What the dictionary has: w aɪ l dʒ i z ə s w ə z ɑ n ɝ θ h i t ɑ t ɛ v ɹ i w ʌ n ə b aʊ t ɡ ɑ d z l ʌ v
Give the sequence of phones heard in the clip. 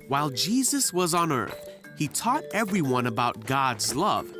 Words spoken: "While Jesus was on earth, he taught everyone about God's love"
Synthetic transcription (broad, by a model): w aɪ l dʒ i z ə s w ə z n ɝ θ h i t ɑ t ɛ v ɹ i w ʌ n ə b aʊ t ɡ ɑ d z l ʌ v